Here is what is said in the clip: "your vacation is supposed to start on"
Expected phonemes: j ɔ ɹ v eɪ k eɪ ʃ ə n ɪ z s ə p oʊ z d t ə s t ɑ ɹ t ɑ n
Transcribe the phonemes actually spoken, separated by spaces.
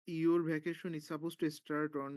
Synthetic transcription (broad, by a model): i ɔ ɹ b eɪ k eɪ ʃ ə n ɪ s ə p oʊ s t ə s t ɑ ɹ t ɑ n